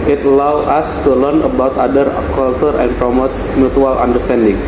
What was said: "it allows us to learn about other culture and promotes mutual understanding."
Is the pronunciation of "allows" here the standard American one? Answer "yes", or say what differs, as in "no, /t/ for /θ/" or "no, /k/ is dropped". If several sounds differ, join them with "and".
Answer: no, /z/ is dropped